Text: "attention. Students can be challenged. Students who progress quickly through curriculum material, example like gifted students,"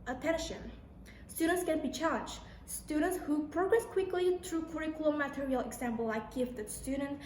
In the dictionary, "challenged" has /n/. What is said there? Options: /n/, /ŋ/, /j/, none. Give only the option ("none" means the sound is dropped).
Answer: none